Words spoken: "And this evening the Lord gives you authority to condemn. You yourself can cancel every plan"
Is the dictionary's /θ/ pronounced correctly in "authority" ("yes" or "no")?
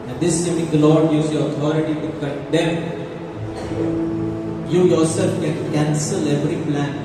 no